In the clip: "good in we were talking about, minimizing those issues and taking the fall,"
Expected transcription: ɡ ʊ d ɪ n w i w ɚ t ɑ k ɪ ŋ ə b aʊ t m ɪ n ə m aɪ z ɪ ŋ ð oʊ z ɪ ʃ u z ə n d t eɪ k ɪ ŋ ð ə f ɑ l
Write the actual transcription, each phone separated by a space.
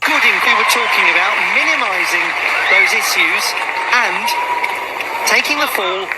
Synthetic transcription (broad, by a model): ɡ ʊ d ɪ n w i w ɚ t ɑ k ɪ ŋ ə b aʊ t m ɪ n ə m aɪ z ɪ ŋ ð oʊ z ɪ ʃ u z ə n t eɪ k ɪ ŋ ð ə f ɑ l